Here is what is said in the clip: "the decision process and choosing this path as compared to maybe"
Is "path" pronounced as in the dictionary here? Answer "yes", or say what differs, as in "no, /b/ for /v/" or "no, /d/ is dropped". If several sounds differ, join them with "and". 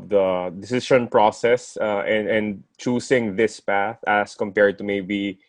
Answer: yes